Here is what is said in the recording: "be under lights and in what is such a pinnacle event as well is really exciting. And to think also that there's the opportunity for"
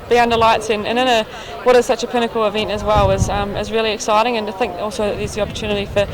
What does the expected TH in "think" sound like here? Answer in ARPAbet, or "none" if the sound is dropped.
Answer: TH